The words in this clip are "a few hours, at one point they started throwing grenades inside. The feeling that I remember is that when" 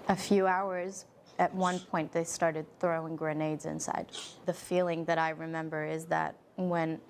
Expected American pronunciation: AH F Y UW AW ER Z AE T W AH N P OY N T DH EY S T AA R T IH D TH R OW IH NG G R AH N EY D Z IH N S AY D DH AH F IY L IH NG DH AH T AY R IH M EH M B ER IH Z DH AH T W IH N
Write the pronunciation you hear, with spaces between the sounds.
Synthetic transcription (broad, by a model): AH F Y UW AW ER Z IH T W AH N P OY N DH EY S T AA R T IH D TH R OW IH NG G R AH N EY D Z IH N S AY D DH AH F IY L IH NG DH AH T AY R IH M EH M B ER IH Z DH AH T W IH N